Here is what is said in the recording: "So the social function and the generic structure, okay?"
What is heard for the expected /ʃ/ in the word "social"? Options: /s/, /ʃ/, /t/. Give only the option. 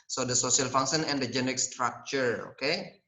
/s/